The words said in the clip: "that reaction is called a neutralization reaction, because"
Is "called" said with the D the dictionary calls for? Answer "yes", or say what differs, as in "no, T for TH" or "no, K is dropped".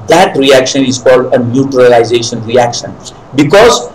yes